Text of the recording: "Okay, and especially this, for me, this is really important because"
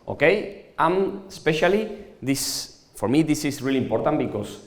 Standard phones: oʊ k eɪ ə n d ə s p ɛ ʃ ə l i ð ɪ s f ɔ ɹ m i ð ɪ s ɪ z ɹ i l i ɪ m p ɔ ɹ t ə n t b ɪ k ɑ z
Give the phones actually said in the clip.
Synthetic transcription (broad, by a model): oʊ k eɪ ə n ə s p ɛ ʃ ə l i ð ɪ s f ɔ ɹ m i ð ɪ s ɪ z ɹ i l i m p ɔ ɹ t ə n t b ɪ k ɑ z